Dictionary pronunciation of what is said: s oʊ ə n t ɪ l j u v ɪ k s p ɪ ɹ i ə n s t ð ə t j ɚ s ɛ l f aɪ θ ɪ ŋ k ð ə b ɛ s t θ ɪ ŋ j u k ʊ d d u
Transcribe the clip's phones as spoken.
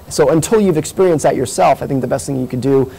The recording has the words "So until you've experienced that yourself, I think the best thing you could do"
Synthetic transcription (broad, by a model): s oʊ ə n t ɪ l j u v ɪ k s p ɪ ɹ i ə n s t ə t j ɚ s ɛ l f aɪ θ ɪ ŋ k ð ə b ɛ s t θ ɪ ŋ j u k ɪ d d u